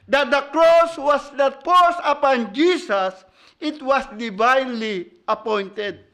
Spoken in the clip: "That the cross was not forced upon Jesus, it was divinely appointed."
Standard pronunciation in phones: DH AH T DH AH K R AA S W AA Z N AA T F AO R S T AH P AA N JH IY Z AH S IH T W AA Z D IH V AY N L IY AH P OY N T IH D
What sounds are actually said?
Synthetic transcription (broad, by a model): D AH T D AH K R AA S W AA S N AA T P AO S AH P AA N JH IY S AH S IH T W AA S D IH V AY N L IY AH P OY N T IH D